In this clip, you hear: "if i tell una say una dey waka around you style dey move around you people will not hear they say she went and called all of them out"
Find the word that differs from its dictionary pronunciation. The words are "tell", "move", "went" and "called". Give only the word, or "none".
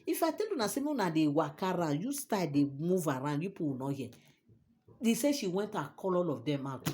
called